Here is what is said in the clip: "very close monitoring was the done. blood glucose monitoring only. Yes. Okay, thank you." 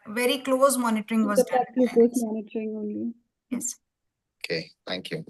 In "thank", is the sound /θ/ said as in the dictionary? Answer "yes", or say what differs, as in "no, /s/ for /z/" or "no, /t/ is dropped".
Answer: no, /t/ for /θ/